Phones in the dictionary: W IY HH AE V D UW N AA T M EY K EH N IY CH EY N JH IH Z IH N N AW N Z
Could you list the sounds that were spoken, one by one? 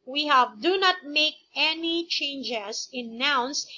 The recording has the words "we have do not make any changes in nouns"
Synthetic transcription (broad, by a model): W IY HH AE V D UW N AA T M EY K EH N IY CH EY N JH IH S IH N N AW N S